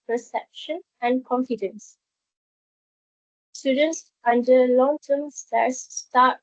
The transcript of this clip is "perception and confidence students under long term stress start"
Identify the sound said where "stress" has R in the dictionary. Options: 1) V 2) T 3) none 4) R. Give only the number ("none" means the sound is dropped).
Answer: 3